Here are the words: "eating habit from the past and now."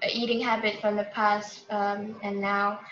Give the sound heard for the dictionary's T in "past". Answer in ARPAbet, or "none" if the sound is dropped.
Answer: T